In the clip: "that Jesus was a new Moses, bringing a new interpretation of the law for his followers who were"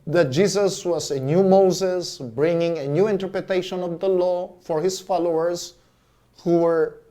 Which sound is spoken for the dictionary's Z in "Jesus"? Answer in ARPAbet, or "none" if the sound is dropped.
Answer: S